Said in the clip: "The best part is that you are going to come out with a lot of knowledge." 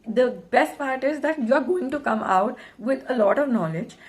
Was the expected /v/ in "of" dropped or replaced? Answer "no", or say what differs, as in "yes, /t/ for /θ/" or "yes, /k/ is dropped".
no